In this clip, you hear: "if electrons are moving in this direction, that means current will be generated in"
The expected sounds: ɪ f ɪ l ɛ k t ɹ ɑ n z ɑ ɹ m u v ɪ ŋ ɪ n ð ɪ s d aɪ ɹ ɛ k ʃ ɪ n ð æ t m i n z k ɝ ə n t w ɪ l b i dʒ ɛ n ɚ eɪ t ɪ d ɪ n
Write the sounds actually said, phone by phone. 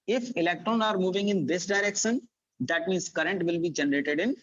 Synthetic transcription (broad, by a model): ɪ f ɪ l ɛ k t ɹ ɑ n ɑ ɹ m u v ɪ ŋ ɪ n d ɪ s d aɪ ɹ ɛ k ʃ ɪ n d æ t m i n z k ɝ ə n t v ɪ l b i dʒ ɛ n ɚ eɪ t ɪ d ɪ n